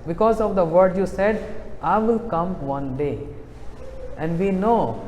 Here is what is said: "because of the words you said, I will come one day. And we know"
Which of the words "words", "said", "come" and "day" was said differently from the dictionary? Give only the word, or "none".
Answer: words